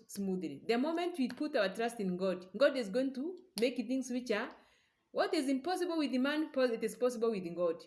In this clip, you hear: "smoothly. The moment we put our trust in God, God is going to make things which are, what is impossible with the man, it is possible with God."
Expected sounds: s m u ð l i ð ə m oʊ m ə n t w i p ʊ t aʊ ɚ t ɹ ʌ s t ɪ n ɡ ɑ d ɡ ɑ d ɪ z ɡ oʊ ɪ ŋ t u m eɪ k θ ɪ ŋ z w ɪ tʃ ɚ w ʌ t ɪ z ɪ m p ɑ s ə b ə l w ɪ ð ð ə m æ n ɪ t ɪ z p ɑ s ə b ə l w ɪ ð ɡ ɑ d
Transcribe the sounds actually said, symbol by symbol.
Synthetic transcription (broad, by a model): s m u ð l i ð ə m oʊ m ə n t w i p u t aʊ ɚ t ɹ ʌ s t ɪ n ɡ ɑ d ɡ ɑ d ɪ z ɡ oʊ ɪ ŋ t u m eɪ k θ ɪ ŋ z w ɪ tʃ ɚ w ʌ t ɪ z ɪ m p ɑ s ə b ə l w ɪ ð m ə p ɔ ɪ t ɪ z p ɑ s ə b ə l w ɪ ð ɡ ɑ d